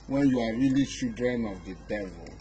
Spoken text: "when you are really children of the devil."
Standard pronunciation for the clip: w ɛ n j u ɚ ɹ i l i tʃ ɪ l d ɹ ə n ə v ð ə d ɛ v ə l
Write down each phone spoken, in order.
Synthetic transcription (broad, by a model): w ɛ n j u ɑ ɹ i l i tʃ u d ɹ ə n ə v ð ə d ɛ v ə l